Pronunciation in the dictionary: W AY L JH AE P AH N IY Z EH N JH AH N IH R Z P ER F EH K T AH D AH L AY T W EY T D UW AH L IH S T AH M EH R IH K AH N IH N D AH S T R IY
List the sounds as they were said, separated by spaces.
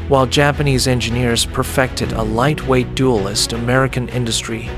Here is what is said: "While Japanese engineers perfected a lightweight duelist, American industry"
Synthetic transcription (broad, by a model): W AY L JH AE P AH N IY Z EH N JH AH N IH R Z P ER F EH K T AH D AH L AY T W EY T D UW AH L IH S T AH M EH R IH K AH N IH N D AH S T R IY